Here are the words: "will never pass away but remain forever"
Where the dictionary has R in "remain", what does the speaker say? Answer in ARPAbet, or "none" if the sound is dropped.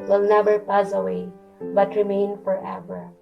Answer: R